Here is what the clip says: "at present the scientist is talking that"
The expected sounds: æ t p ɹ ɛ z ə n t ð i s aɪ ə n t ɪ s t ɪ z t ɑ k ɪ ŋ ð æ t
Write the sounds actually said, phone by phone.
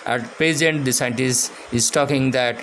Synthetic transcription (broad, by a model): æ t p ɛ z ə n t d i s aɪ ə n t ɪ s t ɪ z t ɑ k ɪ ŋ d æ t